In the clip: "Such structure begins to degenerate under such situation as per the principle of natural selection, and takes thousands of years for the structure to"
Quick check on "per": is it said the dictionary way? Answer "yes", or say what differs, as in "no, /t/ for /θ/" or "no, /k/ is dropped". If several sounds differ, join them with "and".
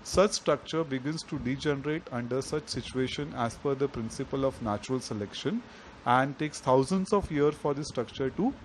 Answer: no, /f/ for /p/